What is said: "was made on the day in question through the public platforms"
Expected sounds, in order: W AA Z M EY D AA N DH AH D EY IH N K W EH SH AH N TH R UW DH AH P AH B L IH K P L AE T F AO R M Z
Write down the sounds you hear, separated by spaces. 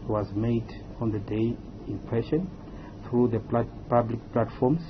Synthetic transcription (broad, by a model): W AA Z M EY D AA N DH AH D EY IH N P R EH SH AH N TH R UW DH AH P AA B L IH K P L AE T F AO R M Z